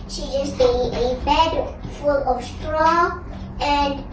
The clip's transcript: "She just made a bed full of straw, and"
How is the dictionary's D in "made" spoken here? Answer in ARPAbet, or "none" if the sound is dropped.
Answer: none